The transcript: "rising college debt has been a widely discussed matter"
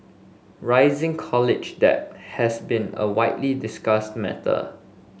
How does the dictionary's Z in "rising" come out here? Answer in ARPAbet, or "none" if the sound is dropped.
Z